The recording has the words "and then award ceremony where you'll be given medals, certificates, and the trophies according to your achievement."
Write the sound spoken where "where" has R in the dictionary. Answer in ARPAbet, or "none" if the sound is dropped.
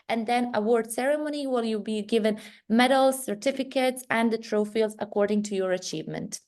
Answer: L